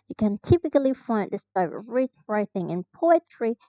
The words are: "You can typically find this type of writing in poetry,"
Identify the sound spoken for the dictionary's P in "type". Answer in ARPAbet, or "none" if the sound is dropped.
B